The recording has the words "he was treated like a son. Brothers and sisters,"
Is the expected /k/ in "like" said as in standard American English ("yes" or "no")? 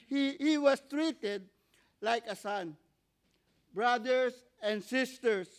yes